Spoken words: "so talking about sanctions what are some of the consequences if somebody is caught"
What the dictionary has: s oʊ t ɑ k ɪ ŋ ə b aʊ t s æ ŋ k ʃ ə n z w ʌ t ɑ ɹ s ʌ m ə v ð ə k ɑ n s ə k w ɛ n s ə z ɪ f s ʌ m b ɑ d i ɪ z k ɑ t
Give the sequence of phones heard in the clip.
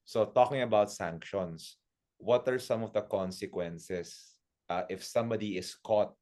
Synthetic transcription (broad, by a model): s oʊ t ɑ k ɪ ŋ ə b aʊ t s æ ŋ k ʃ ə n s w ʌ t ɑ ɹ s ʌ m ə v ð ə k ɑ n s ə k w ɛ n s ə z ɪ f s ʌ m b ɑ d i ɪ s k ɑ t